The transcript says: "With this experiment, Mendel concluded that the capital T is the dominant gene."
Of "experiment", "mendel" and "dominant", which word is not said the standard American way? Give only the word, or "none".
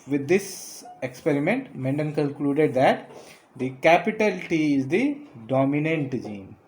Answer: mendel